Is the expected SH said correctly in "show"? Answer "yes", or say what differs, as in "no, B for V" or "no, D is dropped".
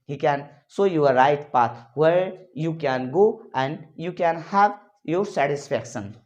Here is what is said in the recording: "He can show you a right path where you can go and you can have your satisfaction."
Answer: no, S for SH